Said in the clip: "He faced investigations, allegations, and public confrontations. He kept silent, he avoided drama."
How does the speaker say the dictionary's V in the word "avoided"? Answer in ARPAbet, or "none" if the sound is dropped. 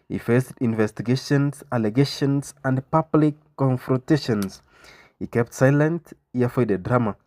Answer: F